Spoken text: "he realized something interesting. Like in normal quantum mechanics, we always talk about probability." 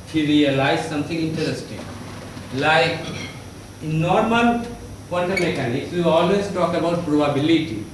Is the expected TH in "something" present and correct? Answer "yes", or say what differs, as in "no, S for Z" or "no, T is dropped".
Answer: no, T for TH